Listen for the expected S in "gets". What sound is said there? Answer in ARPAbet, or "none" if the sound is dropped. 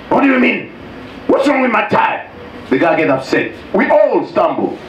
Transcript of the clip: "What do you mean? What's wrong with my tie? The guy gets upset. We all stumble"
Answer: none